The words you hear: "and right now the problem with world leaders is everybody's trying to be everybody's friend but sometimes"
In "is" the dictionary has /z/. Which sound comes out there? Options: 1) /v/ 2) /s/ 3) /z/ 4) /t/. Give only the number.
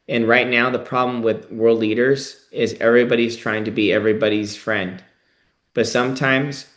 3